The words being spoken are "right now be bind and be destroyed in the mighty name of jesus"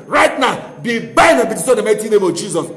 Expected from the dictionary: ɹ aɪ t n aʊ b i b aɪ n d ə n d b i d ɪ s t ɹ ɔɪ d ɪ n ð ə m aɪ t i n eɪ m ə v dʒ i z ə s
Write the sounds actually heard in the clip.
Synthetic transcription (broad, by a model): ɹ aɪ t n aʊ b i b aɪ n ə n b i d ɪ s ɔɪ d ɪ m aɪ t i n eɪ m ə v dʒ i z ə s